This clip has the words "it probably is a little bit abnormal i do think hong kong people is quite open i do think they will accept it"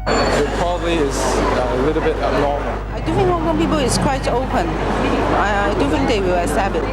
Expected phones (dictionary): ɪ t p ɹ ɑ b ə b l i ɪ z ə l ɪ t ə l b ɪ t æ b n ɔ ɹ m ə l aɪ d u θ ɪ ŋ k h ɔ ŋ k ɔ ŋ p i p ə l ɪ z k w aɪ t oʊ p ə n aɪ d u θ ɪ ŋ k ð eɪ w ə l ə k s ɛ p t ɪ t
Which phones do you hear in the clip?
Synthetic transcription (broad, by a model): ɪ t p ɹ ɑ b ə b l i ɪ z ə l ɪ t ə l b ɪ t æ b n ɔ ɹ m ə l aɪ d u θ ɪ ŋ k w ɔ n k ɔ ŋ p i p ə l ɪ s k w aɪ t oʊ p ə n aɪ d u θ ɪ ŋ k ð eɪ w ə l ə s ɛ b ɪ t